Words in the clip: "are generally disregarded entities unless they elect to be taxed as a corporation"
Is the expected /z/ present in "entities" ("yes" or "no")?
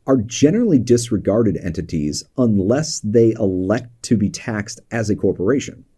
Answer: yes